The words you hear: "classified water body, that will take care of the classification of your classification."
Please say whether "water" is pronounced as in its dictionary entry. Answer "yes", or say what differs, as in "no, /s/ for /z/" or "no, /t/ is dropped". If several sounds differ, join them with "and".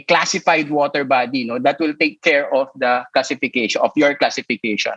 yes